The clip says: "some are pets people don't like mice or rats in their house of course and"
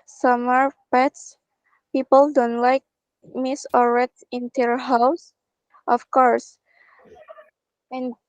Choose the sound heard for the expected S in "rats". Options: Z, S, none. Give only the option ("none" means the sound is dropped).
none